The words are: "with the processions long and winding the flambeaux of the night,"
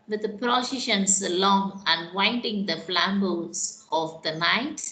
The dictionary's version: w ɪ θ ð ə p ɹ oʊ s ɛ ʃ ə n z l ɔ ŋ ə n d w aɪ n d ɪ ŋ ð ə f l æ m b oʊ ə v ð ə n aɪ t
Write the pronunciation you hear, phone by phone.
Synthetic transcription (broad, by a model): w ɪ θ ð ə p ɹ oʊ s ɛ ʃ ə n s l ɔ ŋ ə n w aɪ n d ɪ ŋ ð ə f l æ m b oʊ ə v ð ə n aɪ t